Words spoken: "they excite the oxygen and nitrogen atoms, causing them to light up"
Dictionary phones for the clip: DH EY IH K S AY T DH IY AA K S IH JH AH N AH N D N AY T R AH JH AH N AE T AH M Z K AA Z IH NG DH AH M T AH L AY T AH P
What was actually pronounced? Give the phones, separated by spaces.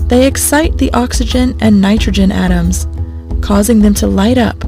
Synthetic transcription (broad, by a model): DH EY IH K S AY T DH IY AA K S IH JH AH N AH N N AY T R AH JH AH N AE T AH M Z K AA Z IH NG DH AH M T AH L AY T AH P